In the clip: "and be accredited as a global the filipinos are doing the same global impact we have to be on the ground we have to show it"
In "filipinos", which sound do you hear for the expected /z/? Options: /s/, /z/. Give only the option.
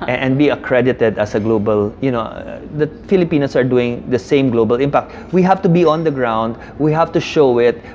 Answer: /s/